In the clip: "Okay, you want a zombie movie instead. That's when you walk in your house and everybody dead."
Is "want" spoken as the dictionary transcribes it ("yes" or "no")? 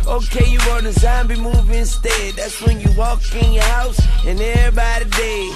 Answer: no